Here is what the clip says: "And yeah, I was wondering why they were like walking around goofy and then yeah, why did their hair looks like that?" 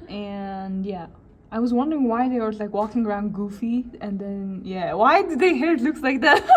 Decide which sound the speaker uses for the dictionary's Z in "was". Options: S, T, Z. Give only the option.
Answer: Z